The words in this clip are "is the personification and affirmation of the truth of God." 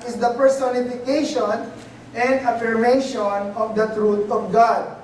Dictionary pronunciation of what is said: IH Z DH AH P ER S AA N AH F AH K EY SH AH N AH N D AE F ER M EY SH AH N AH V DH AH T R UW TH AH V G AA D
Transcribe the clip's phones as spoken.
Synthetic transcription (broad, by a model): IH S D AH P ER S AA N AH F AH K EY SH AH N AH N D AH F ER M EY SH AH N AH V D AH T R UW T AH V G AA D